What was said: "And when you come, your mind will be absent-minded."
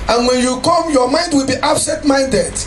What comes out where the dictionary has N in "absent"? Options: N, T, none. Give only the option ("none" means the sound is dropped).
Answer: none